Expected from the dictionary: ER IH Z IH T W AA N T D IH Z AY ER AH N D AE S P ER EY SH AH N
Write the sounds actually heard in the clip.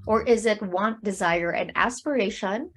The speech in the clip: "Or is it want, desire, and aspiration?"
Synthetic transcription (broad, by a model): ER IH Z IH T W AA N D IH Z AY ER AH N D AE S P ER EY SH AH N